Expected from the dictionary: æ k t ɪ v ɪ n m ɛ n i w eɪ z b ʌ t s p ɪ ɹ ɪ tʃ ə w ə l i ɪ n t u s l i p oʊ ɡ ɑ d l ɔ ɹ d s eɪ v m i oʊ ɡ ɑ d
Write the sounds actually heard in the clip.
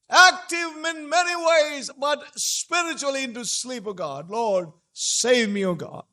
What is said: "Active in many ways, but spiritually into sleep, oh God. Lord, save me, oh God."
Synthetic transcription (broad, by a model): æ k t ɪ v ɪ n m ɛ n i w eɪ z b ʌ t s p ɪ ɹ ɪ tʃ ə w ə l i ɪ n t u s l i p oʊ ɡ ɑ d l ɔ ɹ d s eɪ v m i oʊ ɡ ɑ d